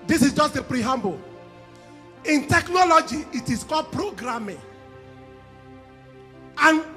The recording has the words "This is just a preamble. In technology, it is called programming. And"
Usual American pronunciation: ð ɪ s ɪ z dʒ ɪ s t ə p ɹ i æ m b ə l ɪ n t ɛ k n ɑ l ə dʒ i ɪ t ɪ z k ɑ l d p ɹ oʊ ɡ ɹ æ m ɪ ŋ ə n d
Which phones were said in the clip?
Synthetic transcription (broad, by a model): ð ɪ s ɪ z dʒ ɪ s t ə p ɹ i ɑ m b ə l ɪ n t ɛ k n ɑ l ə dʒ i ɪ t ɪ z k ɑ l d p ɹ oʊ ɡ ɹ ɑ m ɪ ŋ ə n